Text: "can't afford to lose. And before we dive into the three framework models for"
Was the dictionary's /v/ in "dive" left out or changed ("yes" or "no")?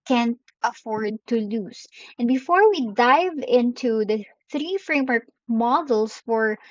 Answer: no